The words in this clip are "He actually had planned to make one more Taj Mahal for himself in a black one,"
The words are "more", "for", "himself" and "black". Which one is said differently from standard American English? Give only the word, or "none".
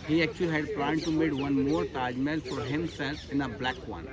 none